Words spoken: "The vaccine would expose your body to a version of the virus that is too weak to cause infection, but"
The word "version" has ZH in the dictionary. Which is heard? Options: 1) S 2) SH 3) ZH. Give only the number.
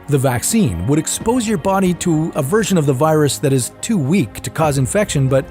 3